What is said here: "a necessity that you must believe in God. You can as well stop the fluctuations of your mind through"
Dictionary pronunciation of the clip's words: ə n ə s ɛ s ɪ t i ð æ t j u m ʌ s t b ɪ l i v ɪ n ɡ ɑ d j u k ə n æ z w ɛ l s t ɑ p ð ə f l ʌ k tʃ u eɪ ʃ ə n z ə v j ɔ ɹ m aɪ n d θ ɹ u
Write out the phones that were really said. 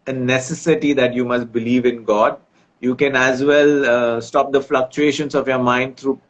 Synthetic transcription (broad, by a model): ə n ə s ɛ s ɪ t i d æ t j u m ʌ s t b ɪ l i v ɪ n ɡ ɑ d j u k ə n æ z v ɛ l s t ɑ p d ə f l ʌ k tʃ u eɪ ʃ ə n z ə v j ɔ ɹ m aɪ n d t ɹ u